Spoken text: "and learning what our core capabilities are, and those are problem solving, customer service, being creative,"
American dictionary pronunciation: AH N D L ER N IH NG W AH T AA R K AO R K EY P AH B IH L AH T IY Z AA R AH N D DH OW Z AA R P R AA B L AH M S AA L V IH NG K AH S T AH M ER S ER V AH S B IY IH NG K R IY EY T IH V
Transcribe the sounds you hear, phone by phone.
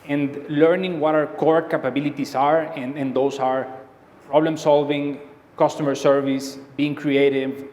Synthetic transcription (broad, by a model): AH N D L ER N IH NG W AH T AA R K AO R K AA P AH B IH L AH T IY S AA R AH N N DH OW S AA R P R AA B L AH M S AA L V IH NG K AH S T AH M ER S ER V AH S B IY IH NG K R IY EY T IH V